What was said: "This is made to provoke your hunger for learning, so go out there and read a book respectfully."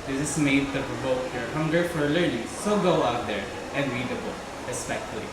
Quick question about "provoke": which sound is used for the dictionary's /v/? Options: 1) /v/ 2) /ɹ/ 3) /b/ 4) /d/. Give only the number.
3